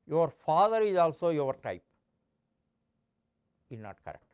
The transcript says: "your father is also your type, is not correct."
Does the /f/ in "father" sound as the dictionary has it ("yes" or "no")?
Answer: yes